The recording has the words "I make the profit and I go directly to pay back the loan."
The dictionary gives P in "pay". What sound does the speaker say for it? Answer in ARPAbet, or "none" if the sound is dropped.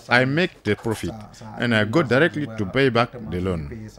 B